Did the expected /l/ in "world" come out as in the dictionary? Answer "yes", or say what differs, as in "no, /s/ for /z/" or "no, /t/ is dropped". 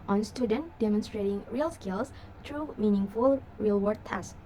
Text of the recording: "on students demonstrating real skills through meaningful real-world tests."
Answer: no, /l/ is dropped